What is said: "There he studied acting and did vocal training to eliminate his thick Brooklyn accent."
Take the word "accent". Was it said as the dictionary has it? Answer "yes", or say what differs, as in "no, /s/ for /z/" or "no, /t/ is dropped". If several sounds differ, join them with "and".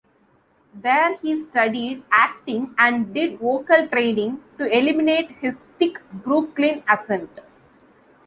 no, /k/ is dropped